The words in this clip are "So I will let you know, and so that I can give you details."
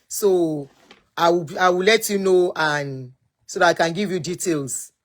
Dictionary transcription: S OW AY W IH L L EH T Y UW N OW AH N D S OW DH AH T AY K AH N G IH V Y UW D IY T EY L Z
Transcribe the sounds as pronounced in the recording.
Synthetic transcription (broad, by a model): S OW AY W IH W L EH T Y UW N OW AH N S OW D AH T AY K AH N G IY V Y UW D IY T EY L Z